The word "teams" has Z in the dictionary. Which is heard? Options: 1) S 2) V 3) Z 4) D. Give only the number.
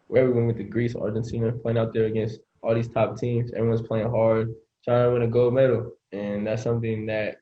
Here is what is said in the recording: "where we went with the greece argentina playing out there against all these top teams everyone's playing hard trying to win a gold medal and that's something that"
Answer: 3